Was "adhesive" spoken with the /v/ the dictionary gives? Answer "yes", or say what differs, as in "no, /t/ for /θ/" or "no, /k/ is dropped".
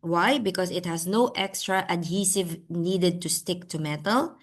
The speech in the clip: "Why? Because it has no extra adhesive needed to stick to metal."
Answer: yes